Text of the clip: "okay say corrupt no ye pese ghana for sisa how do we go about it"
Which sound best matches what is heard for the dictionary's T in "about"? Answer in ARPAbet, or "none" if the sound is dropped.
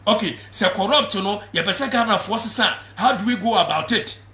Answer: T